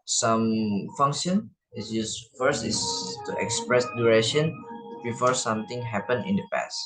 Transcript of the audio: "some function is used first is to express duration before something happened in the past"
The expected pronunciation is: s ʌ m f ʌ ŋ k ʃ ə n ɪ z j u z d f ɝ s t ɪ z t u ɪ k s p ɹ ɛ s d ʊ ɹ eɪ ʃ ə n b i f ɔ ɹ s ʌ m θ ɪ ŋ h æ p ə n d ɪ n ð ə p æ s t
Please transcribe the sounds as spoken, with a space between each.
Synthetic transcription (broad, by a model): s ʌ m f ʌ ŋ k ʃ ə n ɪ s j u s f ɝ s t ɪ s t u ɪ k s p ɹ ɛ s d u ɹ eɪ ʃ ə n b i f ɔ ɹ s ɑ m t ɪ ŋ h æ p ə n ɪ n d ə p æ s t